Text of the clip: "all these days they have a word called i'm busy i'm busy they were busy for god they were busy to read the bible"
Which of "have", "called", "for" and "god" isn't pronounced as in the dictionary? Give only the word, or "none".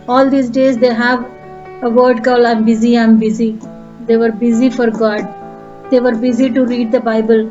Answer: called